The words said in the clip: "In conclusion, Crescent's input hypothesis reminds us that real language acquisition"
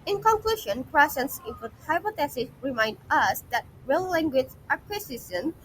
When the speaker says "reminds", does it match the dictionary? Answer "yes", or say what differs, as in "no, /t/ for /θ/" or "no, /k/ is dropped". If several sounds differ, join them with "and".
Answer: no, /z/ is dropped